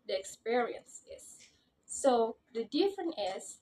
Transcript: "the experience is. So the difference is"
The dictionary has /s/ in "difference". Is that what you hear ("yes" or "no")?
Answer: no